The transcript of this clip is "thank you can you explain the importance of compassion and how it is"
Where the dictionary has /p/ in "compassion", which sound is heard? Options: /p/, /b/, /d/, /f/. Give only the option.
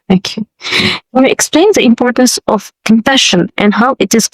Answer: /f/